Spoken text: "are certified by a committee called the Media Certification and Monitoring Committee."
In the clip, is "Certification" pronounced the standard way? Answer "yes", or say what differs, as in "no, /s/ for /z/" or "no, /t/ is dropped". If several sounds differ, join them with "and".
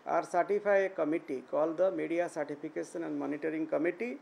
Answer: no, /p/ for /f/